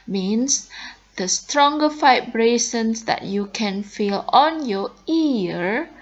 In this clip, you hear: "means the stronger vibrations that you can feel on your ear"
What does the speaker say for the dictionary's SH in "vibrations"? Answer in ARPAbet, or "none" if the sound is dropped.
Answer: S